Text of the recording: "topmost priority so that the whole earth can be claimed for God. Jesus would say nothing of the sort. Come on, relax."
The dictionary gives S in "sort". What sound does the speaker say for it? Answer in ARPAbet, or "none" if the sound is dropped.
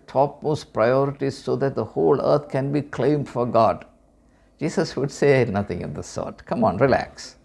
S